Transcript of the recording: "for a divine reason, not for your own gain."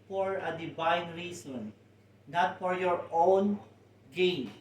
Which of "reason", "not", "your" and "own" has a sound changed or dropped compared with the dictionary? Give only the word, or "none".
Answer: reason